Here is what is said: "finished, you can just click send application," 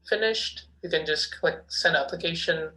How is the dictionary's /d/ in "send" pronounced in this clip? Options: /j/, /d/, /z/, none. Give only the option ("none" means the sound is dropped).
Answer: none